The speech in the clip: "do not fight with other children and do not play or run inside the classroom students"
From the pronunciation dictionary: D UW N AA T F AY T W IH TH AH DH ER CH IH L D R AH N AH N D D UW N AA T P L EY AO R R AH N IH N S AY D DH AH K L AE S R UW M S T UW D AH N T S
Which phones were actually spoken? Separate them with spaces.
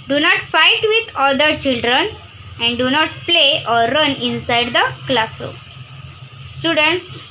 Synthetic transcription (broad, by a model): D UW N AA T F AY T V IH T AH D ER CH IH L D R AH N AH N D D UW N AA T P L EY AO R R AH N IH N S AY D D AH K L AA S AO S T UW D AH N T S